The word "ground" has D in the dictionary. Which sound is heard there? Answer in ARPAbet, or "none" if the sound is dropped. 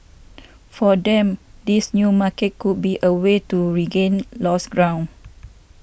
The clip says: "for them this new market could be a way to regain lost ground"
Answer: none